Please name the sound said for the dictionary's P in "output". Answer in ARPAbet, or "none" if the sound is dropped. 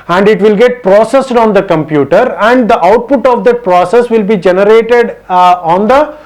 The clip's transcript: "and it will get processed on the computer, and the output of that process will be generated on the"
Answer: P